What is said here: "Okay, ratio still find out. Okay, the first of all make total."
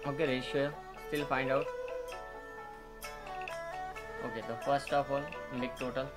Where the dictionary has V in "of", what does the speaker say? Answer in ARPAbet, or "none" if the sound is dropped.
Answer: P